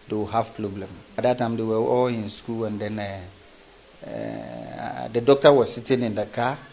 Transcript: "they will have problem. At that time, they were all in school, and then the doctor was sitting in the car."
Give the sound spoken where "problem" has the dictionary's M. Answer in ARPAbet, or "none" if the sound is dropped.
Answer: M